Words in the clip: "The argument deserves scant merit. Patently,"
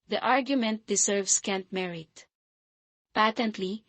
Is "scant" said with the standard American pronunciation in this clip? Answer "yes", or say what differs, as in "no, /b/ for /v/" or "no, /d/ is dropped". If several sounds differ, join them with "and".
yes